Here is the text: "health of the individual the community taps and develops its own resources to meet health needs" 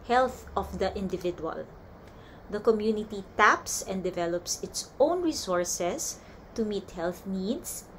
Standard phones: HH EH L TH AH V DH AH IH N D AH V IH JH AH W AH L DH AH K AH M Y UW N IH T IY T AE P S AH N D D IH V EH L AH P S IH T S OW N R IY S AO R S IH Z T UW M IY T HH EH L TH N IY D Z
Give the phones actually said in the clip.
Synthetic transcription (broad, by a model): HH EH L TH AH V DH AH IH N D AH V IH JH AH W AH L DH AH K AH M Y UW N IH T IY T AE P S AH N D D IH V EH L AH P S IH T S OW N R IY S AO R S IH S T UW M IY T HH EH L TH N IY D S